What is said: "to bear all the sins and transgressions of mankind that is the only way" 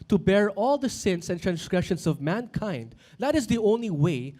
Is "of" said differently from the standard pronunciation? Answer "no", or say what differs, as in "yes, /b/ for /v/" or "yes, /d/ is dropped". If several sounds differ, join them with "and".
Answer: no